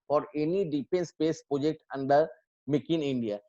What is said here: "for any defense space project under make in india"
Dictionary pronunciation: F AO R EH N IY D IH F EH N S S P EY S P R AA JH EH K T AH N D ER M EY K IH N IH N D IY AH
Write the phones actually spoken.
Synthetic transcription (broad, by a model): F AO R EH N IY D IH P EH N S S P EY S P R AA JH EH K T AH N D ER M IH K IH N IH N D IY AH